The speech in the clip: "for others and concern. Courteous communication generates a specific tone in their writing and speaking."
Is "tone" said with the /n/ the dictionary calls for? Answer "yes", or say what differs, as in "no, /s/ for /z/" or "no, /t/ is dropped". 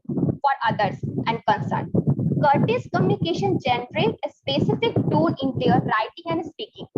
no, /l/ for /n/